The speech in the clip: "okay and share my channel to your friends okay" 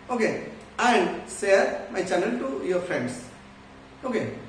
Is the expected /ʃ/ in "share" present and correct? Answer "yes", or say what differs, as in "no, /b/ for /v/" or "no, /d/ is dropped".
no, /s/ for /ʃ/